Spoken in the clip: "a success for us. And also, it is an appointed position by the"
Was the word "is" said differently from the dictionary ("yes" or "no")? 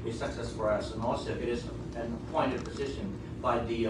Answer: no